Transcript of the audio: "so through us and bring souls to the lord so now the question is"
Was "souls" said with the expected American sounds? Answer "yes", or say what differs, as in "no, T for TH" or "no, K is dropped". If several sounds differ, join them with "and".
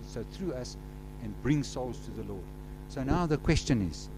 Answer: yes